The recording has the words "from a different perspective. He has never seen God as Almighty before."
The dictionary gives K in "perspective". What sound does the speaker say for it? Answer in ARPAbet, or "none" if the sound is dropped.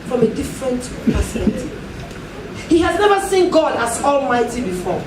none